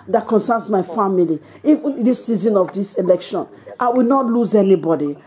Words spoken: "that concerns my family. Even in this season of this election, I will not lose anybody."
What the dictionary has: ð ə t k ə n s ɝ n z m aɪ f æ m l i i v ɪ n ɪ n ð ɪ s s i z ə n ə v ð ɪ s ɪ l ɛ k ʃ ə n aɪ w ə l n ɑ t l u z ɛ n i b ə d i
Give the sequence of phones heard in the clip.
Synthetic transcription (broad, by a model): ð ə t k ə n s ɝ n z m aɪ f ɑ m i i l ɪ ɪ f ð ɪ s s i z ə n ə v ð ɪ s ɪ l ɛ k ʃ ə n aɪ w ə l n ɑ t l u z ɛ n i b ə d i